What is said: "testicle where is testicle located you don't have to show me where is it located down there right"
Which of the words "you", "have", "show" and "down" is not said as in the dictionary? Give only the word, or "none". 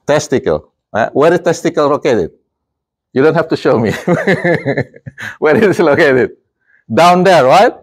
have